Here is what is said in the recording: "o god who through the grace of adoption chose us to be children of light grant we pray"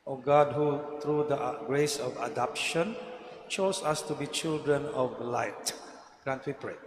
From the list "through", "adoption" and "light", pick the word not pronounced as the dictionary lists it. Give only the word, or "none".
through